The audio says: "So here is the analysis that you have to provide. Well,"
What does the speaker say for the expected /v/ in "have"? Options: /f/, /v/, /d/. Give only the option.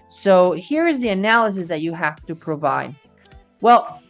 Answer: /f/